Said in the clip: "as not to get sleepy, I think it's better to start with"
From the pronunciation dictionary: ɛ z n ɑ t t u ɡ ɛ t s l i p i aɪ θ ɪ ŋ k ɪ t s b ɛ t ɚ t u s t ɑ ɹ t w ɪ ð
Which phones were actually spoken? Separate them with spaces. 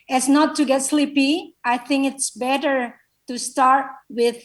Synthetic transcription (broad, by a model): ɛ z n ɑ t t u ɡ ɛ t s l i p i aɪ θ ɪ ŋ k ɪ t s b ɛ t ɚ t u s t ɑ ɹ t w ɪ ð